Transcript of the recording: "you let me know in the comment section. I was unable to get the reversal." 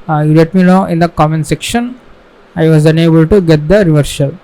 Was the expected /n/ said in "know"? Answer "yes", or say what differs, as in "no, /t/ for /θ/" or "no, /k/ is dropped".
no, /l/ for /n/